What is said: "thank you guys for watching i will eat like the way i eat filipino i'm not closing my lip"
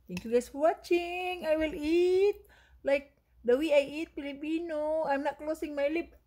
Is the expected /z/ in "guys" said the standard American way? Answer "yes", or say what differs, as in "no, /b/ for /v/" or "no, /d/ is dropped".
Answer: no, /s/ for /z/